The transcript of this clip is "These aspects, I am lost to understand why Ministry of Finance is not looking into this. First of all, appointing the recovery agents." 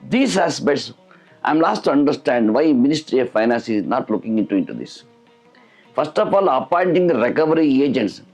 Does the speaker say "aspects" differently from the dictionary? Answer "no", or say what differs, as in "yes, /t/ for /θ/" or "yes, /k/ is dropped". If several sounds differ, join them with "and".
yes, /k/ is dropped